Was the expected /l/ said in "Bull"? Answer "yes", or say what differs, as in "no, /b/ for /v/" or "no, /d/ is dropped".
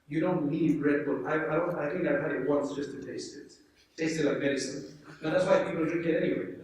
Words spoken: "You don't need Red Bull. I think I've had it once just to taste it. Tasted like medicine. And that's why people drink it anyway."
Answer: no, /n/ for /l/